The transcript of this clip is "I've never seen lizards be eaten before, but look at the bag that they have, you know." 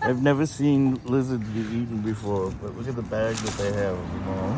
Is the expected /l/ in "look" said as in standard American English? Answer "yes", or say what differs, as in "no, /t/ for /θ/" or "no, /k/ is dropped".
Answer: no, /w/ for /l/